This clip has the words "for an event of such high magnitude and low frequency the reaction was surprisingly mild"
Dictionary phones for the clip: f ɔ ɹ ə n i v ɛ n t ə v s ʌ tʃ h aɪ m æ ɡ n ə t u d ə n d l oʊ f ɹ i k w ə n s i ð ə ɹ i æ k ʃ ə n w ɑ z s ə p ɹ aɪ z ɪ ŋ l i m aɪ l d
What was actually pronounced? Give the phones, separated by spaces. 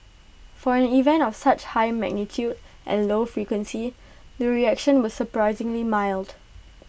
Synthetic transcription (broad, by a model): f ɔ ɹ ə n i v ɛ n t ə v s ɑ tʃ h aɪ m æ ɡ n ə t u d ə n l oʊ f ɹ i k w ə n s i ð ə ɹ i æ k ʃ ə n w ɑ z s ə p ɹ aɪ z ɪ ŋ l i m aɪ l d